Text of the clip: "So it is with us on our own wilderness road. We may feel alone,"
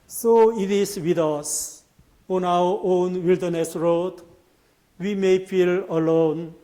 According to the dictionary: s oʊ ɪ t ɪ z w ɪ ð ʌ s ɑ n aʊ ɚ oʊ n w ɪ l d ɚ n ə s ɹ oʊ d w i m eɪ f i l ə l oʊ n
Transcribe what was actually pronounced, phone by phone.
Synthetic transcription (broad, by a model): s oʊ ɪ t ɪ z w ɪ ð ʌ s ɑ n aʊ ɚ oʊ n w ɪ l d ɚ n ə s ɹ oʊ d w i m eɪ f i l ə l oʊ n